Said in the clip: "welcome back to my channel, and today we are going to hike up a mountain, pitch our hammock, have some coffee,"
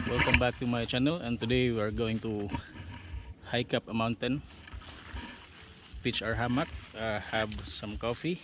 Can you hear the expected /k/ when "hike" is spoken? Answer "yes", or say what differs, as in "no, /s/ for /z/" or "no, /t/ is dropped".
yes